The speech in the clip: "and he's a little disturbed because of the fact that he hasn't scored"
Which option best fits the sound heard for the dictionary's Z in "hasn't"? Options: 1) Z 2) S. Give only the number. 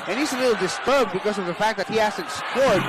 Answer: 2